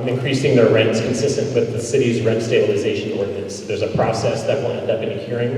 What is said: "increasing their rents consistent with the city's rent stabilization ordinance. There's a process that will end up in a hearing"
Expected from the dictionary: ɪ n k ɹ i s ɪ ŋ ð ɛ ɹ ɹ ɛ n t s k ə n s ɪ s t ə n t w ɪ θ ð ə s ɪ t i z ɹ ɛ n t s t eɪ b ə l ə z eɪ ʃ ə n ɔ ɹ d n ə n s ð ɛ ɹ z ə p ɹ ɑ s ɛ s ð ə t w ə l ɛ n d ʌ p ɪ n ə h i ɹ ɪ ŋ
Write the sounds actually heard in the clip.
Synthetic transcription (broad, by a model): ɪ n k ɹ i s ɪ ŋ ð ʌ ɹ ɹ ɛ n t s k ə n s ɪ s t ə n t w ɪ ð ə s ɪ t i z ɹ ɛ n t s t eɪ b ə l ə z eɪ ʃ ə n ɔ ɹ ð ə s ð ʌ ɹ z ə p ɹ ɑ s ɛ s ð ə t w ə n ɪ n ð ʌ b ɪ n ə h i ɹ ɪ ŋ